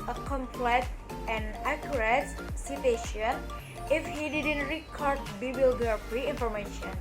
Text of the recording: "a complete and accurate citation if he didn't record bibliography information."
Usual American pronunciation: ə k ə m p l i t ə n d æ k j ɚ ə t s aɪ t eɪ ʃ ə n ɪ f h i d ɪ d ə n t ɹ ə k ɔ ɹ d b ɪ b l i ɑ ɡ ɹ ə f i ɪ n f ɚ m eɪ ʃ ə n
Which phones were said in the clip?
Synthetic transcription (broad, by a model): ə k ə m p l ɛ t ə n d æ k j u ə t s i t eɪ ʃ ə n ɪ f h i d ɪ d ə n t ɹ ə k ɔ ɹ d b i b l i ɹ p ɹ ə i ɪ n f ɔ m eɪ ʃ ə n